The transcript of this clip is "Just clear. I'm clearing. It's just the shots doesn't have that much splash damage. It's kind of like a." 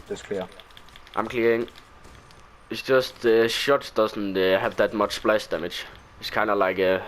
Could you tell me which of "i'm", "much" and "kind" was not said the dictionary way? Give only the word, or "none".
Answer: kind